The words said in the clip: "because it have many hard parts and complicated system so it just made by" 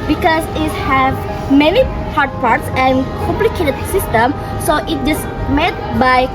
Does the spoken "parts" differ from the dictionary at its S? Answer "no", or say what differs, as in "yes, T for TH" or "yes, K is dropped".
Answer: no